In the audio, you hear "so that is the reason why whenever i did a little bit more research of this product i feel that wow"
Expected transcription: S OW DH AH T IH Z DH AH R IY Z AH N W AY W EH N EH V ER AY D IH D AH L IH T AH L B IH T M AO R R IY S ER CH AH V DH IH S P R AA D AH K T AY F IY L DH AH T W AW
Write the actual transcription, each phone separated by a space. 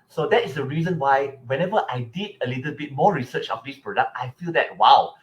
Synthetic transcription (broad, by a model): S OW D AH T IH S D AH R IY Z AH N W AY W EH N EH V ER AY D IH D AH L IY T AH L B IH T M AO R R IY S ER CH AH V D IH S P R AA D AH K T AY F IY L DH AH T W AW